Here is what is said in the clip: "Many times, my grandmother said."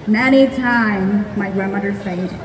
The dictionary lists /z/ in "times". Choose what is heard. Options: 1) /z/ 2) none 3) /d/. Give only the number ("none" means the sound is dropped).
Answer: 2